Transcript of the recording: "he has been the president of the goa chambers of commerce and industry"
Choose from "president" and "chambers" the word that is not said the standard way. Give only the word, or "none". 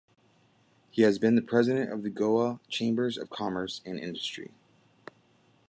none